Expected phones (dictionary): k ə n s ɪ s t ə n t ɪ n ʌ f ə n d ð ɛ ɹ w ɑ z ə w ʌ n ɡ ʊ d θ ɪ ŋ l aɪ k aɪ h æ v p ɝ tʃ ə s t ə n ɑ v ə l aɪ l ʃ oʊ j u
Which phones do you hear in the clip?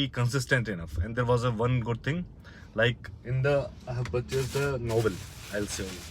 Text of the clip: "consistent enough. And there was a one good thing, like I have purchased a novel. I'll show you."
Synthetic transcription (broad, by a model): k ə n s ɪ s t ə n t ɪ n ʌ f ə n d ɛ ɹ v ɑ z ə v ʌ n ɡ ʊ d t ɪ ŋ l aɪ k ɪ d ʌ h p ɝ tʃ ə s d ə n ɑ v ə l aɪ l s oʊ